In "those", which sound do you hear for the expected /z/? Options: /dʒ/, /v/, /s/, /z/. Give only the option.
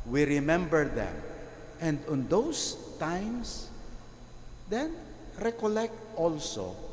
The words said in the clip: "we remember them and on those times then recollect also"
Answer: /s/